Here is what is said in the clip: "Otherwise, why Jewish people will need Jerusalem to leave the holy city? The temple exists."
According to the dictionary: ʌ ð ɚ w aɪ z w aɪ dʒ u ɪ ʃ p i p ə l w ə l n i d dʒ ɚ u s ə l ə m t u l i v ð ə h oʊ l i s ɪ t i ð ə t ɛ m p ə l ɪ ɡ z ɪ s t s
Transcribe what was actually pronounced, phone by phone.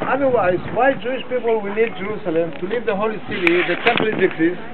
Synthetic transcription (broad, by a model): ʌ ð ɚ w aɪ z w aɪ dʒ u ɪ ʃ p i p ə l w ə l n i d dʒ ɚ u s ə l ə m t u l i v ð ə h oʊ l i s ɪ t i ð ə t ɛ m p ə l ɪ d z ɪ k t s